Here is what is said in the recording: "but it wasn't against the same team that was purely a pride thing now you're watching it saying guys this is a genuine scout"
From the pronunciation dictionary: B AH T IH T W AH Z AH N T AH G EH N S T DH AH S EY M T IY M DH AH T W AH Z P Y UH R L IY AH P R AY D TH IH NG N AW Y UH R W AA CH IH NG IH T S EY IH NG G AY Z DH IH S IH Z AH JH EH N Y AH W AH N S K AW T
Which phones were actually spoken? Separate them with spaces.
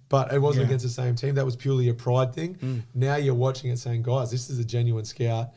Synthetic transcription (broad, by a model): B AH T IH T W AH Z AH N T AH G EH N S T DH AH S EY M T IY M DH AH T W AH Z P Y UH R L IY AH P R AY D TH IH NG N AW Y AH R W AA CH IH NG IH T S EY IH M G AY Z DH IH S IH Z AH JH EH N Y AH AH N S K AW T